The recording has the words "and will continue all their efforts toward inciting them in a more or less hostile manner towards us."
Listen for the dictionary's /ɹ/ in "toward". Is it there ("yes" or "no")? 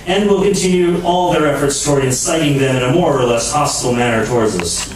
yes